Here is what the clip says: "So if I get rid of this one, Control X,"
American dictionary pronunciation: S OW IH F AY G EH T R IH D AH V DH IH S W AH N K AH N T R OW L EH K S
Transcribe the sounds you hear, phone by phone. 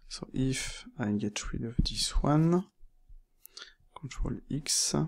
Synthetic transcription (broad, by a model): S OW IH F AY G EH T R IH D AH V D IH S W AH N K AH N T R OW L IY K S